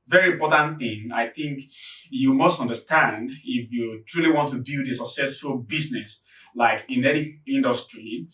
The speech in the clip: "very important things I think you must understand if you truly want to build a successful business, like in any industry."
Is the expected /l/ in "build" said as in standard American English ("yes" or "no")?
no